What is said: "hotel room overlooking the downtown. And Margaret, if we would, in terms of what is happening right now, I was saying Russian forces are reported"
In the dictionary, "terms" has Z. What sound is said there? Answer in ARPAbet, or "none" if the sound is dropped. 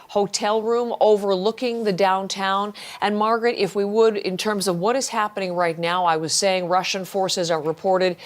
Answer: Z